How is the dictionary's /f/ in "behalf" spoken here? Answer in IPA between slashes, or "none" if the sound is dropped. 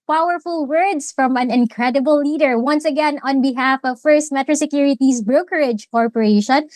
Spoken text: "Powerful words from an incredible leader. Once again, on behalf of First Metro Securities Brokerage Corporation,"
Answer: /f/